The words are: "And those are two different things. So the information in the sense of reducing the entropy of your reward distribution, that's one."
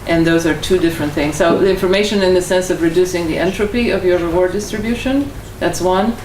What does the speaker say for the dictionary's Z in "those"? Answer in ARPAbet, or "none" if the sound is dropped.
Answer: Z